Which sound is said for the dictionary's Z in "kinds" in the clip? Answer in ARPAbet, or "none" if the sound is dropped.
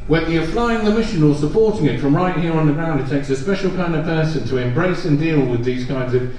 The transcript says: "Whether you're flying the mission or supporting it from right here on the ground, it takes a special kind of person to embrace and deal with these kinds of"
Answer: Z